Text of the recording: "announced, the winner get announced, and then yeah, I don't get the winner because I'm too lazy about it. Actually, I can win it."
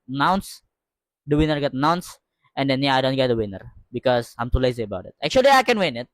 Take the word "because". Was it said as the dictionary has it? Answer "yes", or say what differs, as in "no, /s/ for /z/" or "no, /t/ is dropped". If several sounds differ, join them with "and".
no, /s/ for /z/